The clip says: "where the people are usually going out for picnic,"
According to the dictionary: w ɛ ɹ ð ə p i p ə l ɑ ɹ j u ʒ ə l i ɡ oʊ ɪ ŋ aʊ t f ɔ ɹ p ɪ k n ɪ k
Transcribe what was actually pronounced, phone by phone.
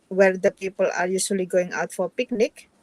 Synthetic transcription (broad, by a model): w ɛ ɹ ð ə p i p ə l ɑ ɹ j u s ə l i ɡ oʊ ɪ ŋ aʊ t f ɔ ɹ p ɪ k n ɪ k